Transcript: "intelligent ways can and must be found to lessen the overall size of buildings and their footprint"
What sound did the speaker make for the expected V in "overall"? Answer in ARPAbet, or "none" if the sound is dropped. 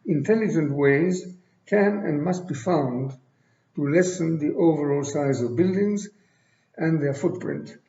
V